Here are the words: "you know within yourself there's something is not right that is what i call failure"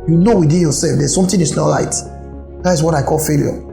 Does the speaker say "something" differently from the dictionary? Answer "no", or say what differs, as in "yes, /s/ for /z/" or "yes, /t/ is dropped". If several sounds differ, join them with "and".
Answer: yes, /t/ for /θ/